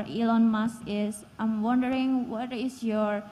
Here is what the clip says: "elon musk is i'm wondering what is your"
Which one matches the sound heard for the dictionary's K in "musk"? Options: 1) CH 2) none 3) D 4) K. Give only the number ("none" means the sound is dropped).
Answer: 2